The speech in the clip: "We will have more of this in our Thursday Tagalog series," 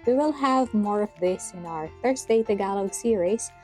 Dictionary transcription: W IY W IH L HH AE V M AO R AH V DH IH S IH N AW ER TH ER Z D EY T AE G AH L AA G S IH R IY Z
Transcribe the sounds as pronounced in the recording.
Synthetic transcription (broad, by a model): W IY W IH L HH AE V M AO R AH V DH IH S IH N AW ER F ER S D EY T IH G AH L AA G S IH R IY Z